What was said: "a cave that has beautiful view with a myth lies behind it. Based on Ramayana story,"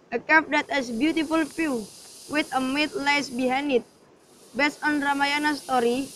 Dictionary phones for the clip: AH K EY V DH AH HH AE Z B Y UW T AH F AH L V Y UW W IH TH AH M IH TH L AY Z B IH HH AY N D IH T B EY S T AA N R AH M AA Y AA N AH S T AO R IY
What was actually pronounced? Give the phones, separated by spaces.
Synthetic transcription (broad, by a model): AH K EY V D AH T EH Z B Y UW T AH F AH L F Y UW W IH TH AH M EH T L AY S B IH HH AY N IH T B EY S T AA N R AH M AA Y AA N AH S T AO R IY